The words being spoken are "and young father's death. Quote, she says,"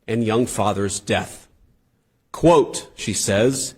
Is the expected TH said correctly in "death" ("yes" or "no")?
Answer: yes